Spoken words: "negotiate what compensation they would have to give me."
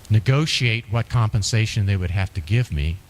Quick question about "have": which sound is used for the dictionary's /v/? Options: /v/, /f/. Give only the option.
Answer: /f/